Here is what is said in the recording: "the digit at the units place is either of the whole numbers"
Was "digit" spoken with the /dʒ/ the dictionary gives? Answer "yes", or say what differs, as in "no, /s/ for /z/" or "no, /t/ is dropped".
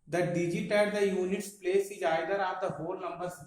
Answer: yes